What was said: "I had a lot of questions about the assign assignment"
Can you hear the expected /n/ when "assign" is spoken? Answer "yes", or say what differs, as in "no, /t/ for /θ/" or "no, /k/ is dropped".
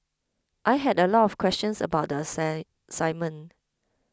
no, /n/ is dropped